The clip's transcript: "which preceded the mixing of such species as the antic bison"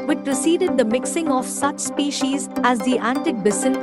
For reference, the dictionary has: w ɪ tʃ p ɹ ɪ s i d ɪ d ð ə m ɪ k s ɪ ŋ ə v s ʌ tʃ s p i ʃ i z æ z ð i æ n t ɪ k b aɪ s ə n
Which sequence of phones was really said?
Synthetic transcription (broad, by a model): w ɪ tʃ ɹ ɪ s i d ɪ d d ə m ɪ k s ɪ ŋ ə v s ʌ tʃ s p i ʃ i z æ z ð i æ n t ɪ k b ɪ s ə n